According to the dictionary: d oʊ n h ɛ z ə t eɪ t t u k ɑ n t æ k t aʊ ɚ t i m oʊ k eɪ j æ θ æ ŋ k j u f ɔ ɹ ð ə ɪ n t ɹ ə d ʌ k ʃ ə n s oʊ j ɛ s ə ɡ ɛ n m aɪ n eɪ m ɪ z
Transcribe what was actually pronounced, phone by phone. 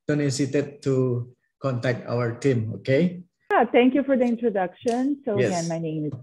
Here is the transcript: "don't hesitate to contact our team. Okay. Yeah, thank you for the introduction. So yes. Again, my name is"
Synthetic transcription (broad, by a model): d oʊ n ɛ s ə t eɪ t t u k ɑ n t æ k t aʊ ɚ t i m oʊ k eɪ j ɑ t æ ŋ k j u f ɔ ɹ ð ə ɪ n t ɹ ə d ʌ k ʃ ə n s oʊ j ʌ ə ɡ ɛ n m aɪ n eɪ m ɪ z